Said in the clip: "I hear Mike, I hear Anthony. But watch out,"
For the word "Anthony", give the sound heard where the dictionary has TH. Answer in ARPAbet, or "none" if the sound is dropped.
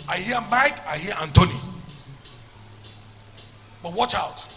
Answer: T